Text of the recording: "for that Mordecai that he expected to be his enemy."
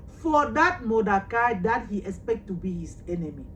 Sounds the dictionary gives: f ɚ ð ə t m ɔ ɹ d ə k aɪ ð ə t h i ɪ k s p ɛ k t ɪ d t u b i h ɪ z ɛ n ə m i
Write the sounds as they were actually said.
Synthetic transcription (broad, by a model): f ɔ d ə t m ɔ d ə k aɪ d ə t h i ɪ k s p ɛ k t t u b i h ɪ s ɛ n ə m i